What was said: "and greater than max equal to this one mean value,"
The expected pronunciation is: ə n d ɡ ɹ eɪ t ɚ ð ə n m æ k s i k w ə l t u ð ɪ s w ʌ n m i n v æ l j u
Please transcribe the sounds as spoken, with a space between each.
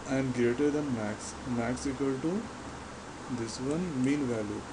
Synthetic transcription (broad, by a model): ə n d ɡ ɹ eɪ t ɚ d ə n m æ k s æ k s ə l t u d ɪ s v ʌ n m i n v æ l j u